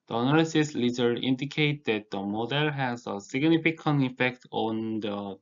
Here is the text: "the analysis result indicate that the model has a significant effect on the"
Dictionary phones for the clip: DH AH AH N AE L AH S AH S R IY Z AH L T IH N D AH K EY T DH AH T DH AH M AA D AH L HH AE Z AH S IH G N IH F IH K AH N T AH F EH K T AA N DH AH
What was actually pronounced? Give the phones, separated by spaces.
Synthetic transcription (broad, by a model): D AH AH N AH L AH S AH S L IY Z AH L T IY N D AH K EY T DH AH T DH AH M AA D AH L HH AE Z AH S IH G N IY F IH K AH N AH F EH K T AA N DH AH